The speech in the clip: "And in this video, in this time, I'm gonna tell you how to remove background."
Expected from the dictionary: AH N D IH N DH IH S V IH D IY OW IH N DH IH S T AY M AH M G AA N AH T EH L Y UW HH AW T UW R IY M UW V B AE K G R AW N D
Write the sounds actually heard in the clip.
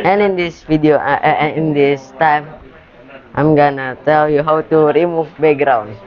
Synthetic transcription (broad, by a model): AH N IH N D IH S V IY D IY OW IH N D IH S T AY M AH M G AA N AH T EH L Y UW HH AW T UW R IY M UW F B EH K G R AW N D